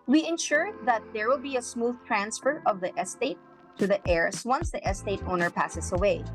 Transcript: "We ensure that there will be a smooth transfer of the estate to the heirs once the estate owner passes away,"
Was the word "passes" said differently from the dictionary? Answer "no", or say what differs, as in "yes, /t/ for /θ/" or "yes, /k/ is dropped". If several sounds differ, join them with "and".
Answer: yes, /s/ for /z/